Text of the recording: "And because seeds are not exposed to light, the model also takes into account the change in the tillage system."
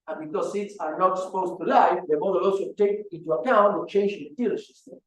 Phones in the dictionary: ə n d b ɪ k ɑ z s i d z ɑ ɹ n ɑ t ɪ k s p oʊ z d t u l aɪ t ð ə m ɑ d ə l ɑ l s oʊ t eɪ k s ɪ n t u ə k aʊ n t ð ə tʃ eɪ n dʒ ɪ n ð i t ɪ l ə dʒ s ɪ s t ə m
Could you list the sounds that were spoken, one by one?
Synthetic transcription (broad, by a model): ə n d b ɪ k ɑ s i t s ɑ ɹ n ɑ t s p oʊ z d t u l aɪ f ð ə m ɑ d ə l ɑ l s oʊ t eɪ k ɪ n t u ə k aʊ n t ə tʃ eɪ n dʒ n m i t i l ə s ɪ s t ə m